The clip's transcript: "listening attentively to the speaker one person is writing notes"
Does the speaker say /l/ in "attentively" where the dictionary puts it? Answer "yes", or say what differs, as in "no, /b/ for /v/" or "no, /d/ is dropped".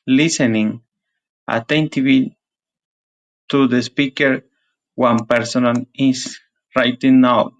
no, /l/ is dropped